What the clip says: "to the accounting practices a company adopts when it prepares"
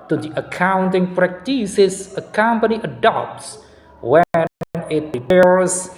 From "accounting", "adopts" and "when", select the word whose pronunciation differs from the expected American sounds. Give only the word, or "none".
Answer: none